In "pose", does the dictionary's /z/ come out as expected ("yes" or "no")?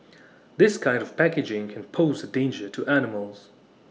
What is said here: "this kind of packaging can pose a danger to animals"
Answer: yes